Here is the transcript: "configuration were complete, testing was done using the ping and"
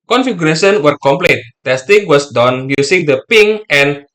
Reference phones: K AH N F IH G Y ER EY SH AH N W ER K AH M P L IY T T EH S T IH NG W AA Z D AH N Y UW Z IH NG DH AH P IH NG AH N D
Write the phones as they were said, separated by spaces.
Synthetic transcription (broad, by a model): K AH N F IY G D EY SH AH N W ER K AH M P L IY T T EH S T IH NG W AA S D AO N Y UW S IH NG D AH P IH NG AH N